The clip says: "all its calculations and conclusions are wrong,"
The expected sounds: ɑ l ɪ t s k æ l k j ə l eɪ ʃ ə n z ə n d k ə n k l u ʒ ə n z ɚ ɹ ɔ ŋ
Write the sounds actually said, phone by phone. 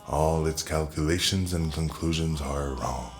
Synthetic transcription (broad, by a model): ɑ l ɪ t s k æ l k j ə l eɪ ʃ ə n z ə n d k ə n k l u ʒ ə n z ɚ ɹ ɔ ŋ